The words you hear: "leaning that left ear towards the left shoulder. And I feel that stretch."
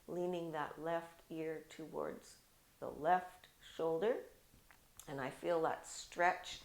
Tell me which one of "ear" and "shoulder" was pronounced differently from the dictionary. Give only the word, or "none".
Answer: none